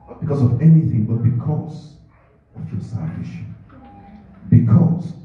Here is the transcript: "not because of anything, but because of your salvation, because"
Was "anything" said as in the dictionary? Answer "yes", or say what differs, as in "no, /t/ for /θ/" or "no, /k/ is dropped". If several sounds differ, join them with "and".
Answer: yes